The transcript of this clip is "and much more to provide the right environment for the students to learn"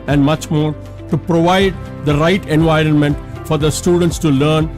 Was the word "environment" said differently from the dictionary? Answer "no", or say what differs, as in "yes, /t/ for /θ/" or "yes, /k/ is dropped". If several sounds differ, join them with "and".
no